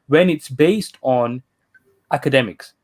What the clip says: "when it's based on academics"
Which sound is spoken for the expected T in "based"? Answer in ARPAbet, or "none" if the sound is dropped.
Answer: T